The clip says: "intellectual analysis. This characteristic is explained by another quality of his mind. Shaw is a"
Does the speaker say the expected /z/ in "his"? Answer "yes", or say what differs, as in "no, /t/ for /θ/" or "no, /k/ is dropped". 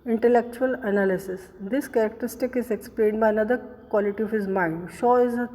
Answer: yes